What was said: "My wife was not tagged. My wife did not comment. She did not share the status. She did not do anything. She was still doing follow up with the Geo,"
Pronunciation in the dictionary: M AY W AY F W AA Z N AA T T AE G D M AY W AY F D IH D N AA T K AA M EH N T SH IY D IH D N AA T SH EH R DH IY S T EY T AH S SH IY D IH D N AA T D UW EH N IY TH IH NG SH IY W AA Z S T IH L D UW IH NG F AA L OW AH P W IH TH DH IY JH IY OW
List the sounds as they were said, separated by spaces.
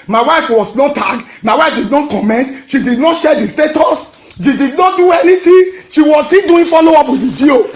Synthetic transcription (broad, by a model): M AY W AY F W AA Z N AA T T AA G M AY W AY F D IH D N AA T K AA M EH N T SH IY D IH D N AA T SH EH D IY S T EY T AH S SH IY D IH D N AA T D UW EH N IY T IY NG SH IY W AA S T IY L D UW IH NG F AA L OW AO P W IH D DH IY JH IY OW